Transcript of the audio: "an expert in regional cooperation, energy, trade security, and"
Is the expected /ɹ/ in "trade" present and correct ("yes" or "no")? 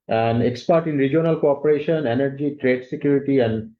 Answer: yes